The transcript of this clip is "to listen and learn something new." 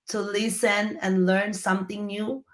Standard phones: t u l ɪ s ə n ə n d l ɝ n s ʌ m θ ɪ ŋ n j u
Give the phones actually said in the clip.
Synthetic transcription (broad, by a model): t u l ɪ s ə n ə n l ɝ n s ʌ m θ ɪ ŋ n j u